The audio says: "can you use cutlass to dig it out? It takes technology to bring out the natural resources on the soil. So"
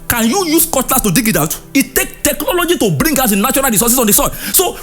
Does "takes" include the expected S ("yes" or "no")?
no